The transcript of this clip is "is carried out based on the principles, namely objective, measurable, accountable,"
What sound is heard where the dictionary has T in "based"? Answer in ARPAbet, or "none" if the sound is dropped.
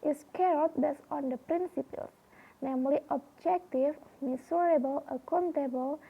none